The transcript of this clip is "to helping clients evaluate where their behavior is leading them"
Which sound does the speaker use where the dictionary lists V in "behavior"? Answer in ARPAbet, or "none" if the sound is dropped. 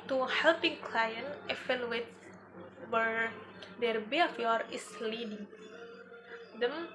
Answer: F